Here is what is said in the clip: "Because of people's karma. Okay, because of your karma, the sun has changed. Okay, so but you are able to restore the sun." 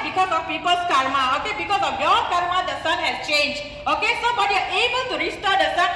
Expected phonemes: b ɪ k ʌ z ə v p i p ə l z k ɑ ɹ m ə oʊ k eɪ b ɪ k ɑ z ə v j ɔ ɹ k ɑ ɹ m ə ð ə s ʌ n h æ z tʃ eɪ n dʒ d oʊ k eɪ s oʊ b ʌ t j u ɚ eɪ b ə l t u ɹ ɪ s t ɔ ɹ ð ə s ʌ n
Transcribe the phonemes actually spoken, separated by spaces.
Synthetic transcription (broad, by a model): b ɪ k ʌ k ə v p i p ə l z k ɑ ɹ m ə oʊ k eɪ b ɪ k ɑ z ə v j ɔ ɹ k ɑ ɹ m ə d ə s ʌ n h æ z tʃ eɪ n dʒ oʊ k eɪ s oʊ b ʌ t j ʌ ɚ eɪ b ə t u ɹ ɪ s t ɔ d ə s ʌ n